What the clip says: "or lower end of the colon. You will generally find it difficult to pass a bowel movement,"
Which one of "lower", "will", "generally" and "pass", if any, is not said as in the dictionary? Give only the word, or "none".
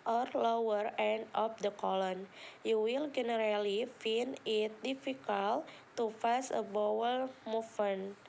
pass